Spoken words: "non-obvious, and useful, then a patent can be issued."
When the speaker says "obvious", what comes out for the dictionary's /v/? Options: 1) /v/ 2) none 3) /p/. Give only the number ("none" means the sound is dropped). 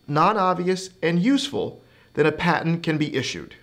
1